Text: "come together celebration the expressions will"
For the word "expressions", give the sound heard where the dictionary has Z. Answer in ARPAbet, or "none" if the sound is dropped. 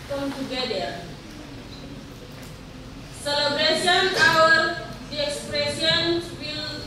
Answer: none